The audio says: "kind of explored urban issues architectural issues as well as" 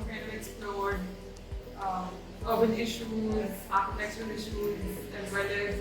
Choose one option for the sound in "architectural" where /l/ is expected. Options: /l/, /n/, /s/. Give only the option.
/n/